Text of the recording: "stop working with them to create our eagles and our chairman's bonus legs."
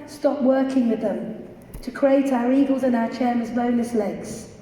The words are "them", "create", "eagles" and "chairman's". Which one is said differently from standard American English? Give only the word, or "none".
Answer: chairman's